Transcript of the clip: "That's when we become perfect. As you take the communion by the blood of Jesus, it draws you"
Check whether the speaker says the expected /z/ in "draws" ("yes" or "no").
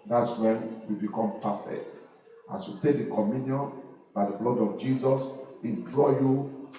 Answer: no